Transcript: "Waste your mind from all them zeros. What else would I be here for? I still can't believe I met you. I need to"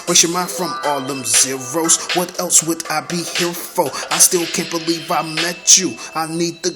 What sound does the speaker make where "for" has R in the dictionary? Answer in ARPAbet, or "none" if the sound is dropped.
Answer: L